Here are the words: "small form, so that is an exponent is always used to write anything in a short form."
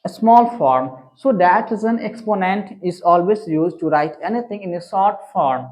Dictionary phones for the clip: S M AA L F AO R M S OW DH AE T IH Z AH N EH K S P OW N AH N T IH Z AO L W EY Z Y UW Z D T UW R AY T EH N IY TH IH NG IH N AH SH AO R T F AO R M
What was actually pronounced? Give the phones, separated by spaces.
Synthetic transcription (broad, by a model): S M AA L F AO R M S OW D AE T IH Z AH N EH K S P OW N AH N T IH Z AO L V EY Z Y UW Z D T UW R AY T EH N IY T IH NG IH N AH S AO R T F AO R M